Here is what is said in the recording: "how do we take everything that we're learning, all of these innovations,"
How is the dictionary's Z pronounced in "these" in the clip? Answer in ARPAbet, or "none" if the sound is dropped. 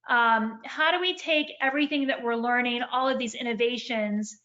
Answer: Z